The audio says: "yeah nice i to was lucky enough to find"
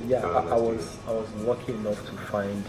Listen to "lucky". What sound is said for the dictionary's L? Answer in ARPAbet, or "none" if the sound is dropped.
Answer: W